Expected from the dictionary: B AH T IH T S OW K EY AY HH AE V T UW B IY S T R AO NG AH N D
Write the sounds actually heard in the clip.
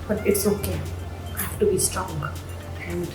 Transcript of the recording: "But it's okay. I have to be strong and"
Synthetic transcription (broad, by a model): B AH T IH T S OW K EY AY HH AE F T UW B IY S T R AO NG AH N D